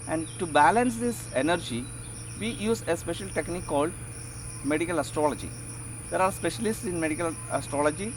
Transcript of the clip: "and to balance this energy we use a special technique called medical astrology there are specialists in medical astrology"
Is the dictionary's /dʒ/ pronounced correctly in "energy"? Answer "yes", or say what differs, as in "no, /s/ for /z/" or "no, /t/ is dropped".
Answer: yes